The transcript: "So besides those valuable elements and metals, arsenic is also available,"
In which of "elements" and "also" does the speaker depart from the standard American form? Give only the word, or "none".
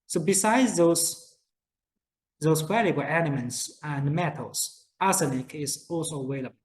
elements